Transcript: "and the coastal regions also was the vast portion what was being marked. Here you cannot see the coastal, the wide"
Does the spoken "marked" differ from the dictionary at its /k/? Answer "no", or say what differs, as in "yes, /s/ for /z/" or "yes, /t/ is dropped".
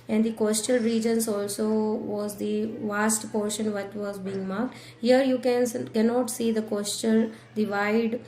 no